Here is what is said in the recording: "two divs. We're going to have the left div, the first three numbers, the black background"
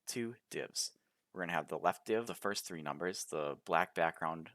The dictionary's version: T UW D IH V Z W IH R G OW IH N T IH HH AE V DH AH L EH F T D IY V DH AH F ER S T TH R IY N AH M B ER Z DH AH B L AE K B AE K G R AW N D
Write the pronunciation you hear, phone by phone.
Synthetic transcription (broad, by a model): T UW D IH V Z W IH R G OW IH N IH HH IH V DH AH L EH F T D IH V DH AH F ER S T TH R IY N AH M B ER Z DH AH B L AE K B AE K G R AW N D